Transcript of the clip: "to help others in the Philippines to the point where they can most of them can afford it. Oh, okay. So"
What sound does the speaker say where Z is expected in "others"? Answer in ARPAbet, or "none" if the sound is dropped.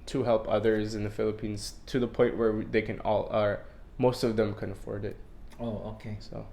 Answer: Z